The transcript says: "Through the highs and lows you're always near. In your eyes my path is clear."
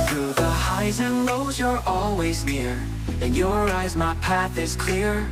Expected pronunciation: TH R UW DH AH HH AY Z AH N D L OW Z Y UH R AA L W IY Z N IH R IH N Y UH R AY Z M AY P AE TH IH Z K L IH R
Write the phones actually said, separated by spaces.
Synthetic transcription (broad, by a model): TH R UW DH AH HH AY Z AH N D L OW Z Y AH R AA L W IY Z N IH R IH N Y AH R AY Z M AY P AE TH IH Z K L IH R